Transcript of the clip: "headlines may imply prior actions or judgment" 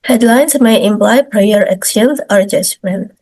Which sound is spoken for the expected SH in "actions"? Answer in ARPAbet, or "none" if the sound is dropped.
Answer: S